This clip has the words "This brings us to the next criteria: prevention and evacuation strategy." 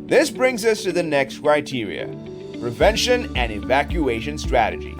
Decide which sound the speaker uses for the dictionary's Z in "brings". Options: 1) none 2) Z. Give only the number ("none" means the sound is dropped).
2